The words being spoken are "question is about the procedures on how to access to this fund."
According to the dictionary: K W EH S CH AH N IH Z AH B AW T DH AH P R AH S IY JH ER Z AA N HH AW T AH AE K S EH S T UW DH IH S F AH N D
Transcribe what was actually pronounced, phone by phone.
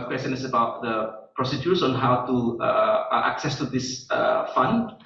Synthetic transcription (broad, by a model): K W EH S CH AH N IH S AH B AW T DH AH P R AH S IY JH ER S AA N HH AW T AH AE K S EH S T UW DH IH S F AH N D